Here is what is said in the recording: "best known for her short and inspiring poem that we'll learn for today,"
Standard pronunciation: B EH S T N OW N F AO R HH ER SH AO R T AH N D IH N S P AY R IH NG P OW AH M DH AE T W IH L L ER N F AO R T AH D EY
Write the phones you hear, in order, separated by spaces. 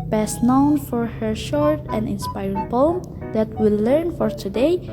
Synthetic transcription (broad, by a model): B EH S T N OW N F AO R HH ER SH AO R T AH N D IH N S P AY R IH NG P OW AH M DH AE T W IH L L ER N F AO R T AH D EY